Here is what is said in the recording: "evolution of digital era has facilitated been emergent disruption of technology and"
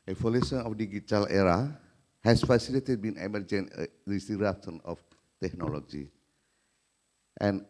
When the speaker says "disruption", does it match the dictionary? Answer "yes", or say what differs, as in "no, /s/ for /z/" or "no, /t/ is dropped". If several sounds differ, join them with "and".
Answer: no, /s/ is dropped